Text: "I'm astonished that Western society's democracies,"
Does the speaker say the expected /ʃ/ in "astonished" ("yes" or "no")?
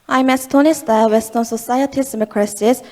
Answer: no